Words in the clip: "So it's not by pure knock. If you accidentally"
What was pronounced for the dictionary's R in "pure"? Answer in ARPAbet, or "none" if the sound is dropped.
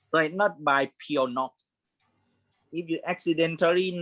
W